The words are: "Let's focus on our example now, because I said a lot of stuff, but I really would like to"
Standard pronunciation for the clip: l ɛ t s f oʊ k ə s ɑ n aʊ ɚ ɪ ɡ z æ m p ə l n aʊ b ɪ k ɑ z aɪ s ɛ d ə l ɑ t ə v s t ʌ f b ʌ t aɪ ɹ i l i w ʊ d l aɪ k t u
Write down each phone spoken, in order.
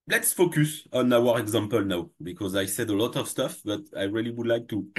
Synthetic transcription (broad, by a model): l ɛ t s f oʊ k ə s ɑ n aʊ ɚ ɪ ɡ z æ m p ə l n aʊ b ɪ k ɑ z aɪ s ɛ d ə l ɑ t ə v s t ʌ f b ʌ t aɪ ɹ i l i w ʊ d l aɪ k t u